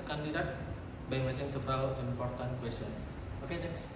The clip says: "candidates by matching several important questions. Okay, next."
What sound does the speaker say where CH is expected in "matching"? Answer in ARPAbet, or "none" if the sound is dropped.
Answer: S